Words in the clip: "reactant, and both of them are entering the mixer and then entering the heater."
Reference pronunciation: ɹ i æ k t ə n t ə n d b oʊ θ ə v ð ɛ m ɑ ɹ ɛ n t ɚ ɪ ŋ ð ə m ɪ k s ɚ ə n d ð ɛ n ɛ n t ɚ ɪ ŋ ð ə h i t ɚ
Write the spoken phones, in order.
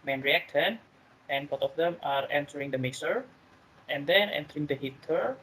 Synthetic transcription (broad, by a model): ɹ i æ k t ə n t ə n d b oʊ t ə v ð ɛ m ɑ ɹ ɛ n t ɚ ɪ ŋ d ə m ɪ s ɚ ə n d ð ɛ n ɛ n t ɚ ɪ ŋ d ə h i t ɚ